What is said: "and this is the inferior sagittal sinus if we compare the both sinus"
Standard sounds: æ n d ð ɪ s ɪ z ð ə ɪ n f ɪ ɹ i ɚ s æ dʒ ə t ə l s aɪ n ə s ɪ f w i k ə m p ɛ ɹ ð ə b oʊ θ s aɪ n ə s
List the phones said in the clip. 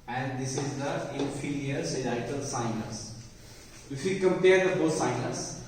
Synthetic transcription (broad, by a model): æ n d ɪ s ɪ z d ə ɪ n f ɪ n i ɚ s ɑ ə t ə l s aɪ n ə s ɪ f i k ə m p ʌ ɹ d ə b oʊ s aɪ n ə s